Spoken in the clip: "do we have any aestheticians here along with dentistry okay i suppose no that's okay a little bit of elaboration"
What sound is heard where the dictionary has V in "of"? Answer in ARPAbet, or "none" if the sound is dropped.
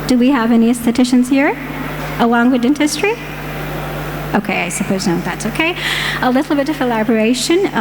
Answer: V